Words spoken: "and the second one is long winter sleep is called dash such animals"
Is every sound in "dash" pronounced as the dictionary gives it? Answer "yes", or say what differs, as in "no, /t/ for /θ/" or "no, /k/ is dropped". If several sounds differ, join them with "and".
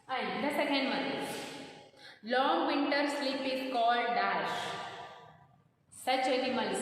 yes